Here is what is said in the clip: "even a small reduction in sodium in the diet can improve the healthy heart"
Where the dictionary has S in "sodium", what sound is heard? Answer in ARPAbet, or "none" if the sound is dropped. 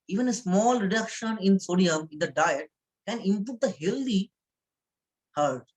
S